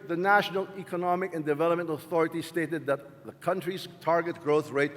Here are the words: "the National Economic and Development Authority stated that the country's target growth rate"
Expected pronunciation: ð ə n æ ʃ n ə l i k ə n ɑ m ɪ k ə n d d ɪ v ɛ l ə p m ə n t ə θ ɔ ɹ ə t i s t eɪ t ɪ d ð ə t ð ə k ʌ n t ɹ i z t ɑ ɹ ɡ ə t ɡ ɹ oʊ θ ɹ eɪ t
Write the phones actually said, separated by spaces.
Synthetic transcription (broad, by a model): ð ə n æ ʃ n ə l i k ə n ɑ m ɪ k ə n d d ɪ v ɛ l ə p m ə n t ə θ ɔ ɹ ə t i s t eɪ t ɪ d ð ə t ð ə k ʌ n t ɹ i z t ɑ ɹ ɡ ə t ɡ ɹ oʊ θ ɹ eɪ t